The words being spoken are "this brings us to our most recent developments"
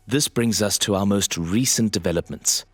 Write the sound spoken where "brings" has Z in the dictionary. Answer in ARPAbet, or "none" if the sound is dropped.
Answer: Z